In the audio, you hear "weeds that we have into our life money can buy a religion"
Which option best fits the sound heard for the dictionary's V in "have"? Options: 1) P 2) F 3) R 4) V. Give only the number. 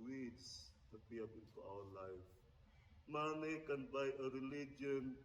1